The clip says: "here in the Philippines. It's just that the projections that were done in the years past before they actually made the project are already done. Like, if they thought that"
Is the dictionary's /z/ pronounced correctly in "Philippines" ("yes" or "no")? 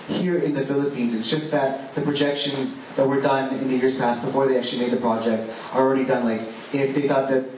yes